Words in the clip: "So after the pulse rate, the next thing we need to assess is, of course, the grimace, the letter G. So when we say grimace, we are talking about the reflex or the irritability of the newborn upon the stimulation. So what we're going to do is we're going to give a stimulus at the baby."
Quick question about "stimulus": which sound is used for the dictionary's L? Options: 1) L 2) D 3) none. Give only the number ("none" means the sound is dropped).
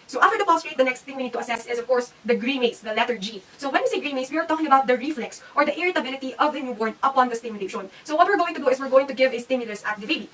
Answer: 1